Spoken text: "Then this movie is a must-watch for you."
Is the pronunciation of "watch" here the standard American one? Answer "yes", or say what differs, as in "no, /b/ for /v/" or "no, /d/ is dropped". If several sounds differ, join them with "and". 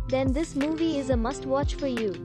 yes